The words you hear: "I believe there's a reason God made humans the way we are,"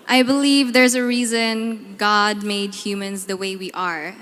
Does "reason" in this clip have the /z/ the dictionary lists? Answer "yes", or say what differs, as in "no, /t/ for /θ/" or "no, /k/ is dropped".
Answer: yes